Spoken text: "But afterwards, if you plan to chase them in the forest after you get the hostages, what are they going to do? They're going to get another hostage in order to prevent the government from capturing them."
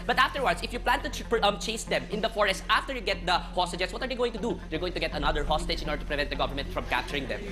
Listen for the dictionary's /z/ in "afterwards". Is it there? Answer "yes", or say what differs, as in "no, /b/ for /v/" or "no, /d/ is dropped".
no, /s/ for /z/